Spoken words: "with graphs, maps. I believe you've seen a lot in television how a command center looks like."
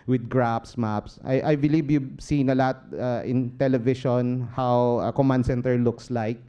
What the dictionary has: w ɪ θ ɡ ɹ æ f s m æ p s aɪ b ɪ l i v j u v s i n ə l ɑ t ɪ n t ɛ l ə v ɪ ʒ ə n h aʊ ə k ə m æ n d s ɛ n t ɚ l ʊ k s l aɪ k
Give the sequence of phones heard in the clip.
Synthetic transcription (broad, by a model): w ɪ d ɡ ɹ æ p s m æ p s aɪ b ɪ l i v j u b s i n ə l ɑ t ɪ n t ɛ l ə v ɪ ʃ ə n h aʊ ə k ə m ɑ n d s ɛ n t ɚ l ʊ k s l aɪ k